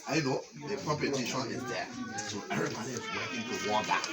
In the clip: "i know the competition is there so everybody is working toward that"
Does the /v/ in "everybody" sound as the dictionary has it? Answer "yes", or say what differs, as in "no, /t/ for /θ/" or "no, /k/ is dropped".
no, /v/ is dropped